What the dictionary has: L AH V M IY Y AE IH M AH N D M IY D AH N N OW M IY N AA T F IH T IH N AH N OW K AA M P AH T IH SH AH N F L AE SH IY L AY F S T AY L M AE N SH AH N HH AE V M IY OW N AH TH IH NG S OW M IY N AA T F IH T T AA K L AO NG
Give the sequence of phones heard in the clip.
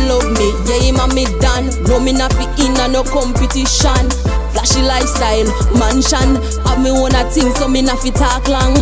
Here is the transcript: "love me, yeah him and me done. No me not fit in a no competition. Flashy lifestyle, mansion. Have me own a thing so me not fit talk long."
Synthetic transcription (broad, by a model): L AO M IY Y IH M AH M IY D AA N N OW M IY N AA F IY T IH N AH N OW K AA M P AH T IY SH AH N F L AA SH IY L AY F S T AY L M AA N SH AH N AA M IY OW N AH S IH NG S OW M IY N AA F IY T T AA K L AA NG